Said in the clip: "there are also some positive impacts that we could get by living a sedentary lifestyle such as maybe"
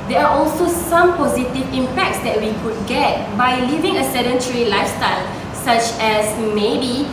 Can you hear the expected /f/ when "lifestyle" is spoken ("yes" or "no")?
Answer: yes